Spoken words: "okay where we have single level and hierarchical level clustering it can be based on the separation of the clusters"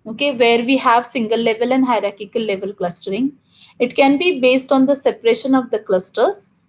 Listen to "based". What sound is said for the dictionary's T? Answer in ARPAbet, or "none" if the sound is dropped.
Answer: T